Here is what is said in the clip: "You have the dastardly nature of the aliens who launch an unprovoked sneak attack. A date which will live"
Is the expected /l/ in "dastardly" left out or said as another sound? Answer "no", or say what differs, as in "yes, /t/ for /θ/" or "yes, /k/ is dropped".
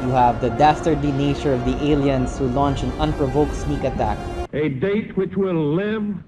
yes, /l/ is dropped